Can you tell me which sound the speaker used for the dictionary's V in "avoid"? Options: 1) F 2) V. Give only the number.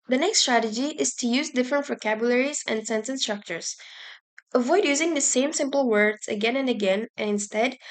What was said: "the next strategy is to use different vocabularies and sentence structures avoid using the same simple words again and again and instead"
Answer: 2